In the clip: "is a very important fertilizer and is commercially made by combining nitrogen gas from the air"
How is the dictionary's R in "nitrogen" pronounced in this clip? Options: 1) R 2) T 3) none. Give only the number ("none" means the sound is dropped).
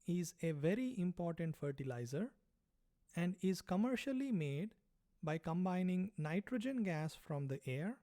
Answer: 1